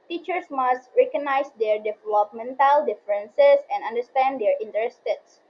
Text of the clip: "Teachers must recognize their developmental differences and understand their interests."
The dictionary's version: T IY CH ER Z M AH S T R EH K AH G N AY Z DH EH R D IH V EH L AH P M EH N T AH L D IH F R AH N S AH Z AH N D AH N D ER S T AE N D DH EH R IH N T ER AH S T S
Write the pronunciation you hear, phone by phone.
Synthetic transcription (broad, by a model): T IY CH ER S M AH S T R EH K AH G N AY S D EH R D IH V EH L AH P M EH N T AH L D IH F R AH N S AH S AH N D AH N D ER S T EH N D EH R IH N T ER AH S T S